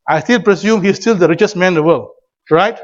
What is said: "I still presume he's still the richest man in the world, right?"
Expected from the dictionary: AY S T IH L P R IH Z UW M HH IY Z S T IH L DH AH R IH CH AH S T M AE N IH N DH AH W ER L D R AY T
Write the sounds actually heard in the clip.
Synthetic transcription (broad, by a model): AY S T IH L P R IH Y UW M HH IY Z S T IH L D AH R IH CH AH S T M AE N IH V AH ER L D R AY T